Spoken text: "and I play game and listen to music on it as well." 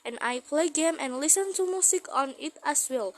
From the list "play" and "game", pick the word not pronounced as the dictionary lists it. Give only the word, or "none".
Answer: none